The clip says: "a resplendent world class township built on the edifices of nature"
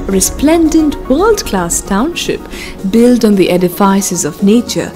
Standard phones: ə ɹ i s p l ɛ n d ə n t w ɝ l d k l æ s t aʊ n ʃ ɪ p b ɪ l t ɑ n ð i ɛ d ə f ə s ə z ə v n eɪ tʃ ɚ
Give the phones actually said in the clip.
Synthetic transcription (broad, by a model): ɹ i s p l ɛ n d ə n t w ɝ l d k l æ s t aʊ n ʃ ɪ p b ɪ l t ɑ n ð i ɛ d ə f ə s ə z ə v n eɪ tʃ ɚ